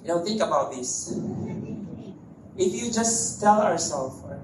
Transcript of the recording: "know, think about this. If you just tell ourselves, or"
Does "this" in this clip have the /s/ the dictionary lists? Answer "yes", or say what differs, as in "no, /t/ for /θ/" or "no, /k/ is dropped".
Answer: yes